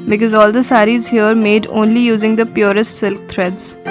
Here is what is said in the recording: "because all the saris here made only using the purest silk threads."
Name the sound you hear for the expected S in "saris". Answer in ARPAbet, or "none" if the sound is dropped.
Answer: S